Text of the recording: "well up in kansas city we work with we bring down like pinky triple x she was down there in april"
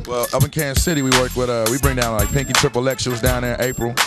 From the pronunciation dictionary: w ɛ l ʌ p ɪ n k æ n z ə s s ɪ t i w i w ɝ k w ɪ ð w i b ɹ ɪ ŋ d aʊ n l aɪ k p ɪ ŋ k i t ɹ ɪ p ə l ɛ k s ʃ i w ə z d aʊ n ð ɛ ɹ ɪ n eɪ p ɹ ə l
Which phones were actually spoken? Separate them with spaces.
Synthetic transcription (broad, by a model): w ɛ l ʌ p ɪ n k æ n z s s ɪ t i w i w ɝ k w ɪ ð w i b ɹ ɪ ŋ d aʊ n l aɪ k p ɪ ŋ k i t ɹ ɪ p ə l ɛ k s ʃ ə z d aʊ n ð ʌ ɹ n eɪ p ɹ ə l